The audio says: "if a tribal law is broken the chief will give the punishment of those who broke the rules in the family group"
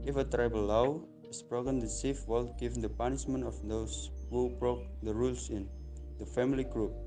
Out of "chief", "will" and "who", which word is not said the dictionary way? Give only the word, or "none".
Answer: chief